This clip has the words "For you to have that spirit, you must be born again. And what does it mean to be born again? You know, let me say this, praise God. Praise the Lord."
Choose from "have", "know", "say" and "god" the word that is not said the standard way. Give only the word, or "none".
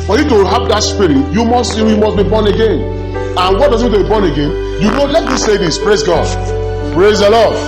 have